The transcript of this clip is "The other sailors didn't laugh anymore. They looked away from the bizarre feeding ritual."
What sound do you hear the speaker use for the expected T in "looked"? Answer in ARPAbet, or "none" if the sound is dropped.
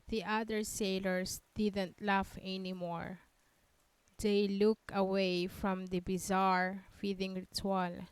none